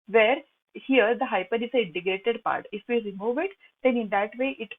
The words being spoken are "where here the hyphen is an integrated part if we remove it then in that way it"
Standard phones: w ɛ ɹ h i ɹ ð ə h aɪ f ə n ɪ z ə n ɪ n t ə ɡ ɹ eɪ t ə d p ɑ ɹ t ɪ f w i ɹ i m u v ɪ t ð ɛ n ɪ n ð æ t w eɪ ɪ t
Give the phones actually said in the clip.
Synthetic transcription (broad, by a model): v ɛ ɹ h i ɹ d ə h aɪ p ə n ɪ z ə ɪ n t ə ɡ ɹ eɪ t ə d p ɑ ɹ t ɪ f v i ɹ i m u v ɪ t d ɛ n ɪ n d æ t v eɪ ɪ t